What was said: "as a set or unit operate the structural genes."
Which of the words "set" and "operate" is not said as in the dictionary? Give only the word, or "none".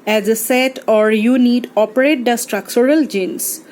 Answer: none